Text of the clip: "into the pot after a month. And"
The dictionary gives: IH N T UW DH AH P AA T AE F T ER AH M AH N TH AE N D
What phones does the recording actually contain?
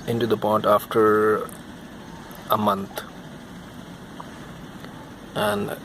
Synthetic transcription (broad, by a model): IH N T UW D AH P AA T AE F T ER AH M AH N T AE N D